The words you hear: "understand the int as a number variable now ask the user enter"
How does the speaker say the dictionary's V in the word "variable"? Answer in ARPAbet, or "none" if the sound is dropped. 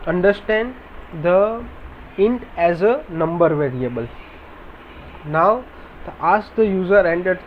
V